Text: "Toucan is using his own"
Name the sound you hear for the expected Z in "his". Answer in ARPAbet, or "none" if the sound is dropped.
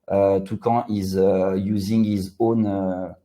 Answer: Z